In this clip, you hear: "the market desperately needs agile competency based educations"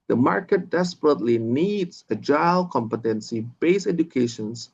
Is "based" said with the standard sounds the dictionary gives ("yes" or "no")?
no